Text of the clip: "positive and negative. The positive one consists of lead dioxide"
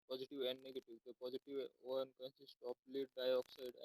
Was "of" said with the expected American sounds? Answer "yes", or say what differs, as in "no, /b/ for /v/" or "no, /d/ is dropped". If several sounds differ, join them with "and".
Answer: no, /p/ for /v/